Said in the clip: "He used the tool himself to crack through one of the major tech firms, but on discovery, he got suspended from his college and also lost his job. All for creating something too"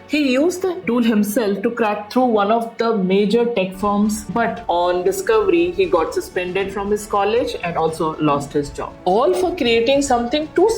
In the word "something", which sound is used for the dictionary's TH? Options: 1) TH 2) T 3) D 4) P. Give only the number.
2